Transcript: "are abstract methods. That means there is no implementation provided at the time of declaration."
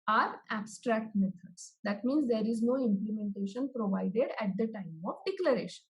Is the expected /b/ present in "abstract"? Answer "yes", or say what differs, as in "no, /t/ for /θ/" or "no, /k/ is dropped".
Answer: yes